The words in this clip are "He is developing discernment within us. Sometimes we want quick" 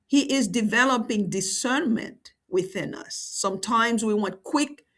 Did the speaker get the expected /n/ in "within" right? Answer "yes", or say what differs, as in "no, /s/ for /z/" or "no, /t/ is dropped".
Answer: yes